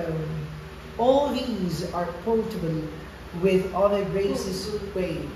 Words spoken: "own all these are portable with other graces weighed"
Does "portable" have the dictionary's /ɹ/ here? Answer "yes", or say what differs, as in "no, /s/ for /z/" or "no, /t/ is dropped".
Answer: no, /l/ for /ɹ/